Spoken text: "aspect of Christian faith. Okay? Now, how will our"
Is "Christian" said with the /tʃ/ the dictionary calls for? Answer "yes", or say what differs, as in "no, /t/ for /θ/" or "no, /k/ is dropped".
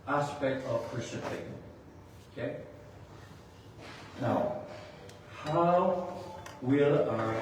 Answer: no, /tʃ/ is dropped